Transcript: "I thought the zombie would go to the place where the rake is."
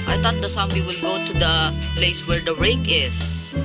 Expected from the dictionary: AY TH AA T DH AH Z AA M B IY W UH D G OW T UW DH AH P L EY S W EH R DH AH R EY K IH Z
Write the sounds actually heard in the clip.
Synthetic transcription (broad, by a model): AY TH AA T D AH S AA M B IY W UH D G OW T UW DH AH P L EY S W EH R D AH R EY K IH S